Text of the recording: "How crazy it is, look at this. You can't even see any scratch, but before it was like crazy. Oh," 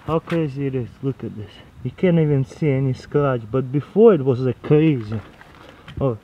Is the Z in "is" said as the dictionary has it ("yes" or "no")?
no